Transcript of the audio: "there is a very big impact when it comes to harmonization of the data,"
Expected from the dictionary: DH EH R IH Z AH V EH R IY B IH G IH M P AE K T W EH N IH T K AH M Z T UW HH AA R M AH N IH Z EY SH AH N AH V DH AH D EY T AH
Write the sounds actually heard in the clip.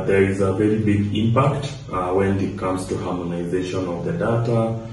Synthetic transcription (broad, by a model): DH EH R IH Z AH V EH R IY B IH G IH M P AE K T W EH N IH T K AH M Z T UW HH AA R M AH N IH Z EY SH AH N AH V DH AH D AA T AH